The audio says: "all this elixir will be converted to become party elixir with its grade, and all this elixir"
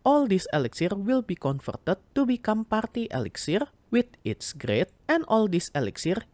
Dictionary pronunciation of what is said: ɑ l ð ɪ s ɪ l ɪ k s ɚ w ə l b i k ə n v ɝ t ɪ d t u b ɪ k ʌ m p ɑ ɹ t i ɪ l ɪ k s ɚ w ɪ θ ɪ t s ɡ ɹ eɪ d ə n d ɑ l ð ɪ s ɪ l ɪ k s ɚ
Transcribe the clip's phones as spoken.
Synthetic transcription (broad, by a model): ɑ l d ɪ s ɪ l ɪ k s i w ə l b i k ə n f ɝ t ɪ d t u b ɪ k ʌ m p ɑ ɹ t i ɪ l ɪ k s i w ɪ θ ɪ t s ɡ ɹ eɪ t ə n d ɑ l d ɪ s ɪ l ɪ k s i